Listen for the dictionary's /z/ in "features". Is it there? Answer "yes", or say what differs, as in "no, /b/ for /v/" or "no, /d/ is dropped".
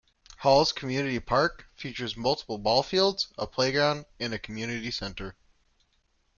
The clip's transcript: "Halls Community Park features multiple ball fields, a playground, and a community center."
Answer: yes